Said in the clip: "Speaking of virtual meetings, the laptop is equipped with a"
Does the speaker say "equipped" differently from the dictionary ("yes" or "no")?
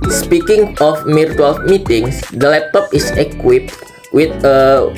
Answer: no